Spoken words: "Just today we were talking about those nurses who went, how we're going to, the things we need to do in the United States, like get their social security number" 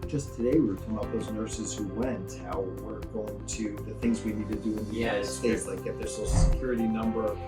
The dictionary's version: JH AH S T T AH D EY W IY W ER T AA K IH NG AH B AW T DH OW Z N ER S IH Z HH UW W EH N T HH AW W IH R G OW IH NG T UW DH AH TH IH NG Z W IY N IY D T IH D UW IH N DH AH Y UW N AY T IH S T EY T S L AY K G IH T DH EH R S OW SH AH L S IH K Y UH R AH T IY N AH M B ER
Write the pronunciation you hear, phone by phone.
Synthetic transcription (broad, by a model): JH AH S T T AH D EY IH W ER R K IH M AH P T DH OW Z N ER S IH Z HH UW W EH N T HH AW W IH R G OW IH NG T UW DH AH TH IH NG Z W IY N IY D T IH D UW IH N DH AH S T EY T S L AY K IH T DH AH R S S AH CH S IH K Y UH R AH T IY N AH M B ER